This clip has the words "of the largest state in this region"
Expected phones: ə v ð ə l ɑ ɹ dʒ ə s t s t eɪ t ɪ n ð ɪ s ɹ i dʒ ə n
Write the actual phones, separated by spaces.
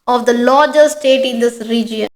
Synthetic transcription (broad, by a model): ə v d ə l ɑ ɹ dʒ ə t s t eɪ t ɪ n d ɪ s ɹ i dʒ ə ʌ